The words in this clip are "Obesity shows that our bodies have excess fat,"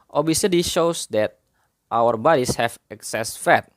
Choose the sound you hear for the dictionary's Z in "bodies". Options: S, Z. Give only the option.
S